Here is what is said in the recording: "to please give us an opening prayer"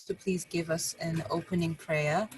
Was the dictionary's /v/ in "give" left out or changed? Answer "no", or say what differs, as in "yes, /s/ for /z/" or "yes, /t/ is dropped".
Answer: no